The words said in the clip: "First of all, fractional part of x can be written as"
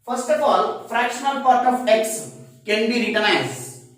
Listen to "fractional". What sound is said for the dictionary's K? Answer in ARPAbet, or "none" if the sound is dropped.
K